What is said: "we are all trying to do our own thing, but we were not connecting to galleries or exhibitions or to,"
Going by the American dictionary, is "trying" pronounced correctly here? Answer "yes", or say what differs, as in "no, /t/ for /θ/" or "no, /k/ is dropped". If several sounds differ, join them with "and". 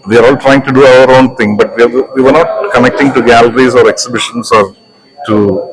yes